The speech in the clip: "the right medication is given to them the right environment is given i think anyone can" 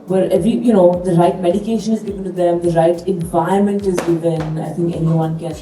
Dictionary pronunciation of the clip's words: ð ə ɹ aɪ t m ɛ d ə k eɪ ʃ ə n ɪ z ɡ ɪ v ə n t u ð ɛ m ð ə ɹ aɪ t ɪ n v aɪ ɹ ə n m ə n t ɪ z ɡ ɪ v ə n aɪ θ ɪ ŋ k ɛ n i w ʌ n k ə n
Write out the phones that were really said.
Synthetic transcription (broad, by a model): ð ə ɹ aɪ t m ɛ d ə k eɪ ʃ ə n ɪ z ɡ ɪ v ə n t u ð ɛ m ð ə ɹ aɪ t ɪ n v aɪ ə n m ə n t ɪ z ɡ ɪ v ə n aɪ t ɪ ŋ k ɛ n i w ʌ n k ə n